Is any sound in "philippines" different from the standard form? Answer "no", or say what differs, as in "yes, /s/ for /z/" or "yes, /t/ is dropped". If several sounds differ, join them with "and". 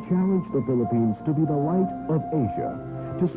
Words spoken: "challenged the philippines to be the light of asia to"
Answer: no